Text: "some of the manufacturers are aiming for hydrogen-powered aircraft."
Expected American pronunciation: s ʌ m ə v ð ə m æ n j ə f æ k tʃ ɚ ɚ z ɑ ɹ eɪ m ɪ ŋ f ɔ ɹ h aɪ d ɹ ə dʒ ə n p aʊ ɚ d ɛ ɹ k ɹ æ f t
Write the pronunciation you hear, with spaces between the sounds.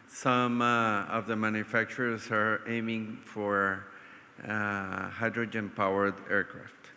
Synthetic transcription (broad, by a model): s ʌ m ə v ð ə m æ n j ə f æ k tʃ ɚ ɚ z ɑ ɹ eɪ m ɪ ŋ f ɔ ɹ h aɪ d ɹ ə dʒ ə n p aʊ ɚ d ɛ ɹ k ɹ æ f t